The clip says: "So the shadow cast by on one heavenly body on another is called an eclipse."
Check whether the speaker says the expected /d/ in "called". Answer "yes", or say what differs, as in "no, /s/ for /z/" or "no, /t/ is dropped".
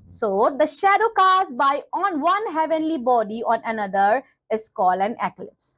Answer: no, /d/ is dropped